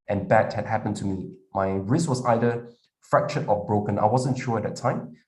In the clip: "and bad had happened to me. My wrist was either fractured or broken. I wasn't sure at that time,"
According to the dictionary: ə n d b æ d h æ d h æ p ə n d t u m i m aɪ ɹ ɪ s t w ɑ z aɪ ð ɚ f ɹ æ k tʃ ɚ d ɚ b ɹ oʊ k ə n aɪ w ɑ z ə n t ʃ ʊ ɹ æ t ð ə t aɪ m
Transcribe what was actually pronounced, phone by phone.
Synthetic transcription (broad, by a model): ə n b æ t h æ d h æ p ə n t u m i m aɪ ɹ ɪ s t w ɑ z aɪ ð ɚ f ɹ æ k ʃ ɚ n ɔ b ɹ oʊ k ə n aɪ w ɑ z ə n t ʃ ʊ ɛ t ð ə t aɪ m